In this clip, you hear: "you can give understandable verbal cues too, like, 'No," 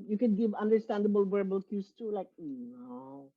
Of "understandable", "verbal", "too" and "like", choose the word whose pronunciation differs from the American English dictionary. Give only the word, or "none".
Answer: verbal